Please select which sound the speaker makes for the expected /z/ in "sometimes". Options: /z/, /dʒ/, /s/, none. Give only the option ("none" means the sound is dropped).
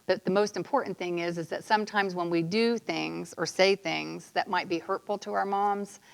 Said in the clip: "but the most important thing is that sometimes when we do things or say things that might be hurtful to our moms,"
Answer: /z/